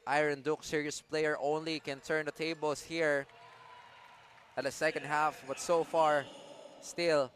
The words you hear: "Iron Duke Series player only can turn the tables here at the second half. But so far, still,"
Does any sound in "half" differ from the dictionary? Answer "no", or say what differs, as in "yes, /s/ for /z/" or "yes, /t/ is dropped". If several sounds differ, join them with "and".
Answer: no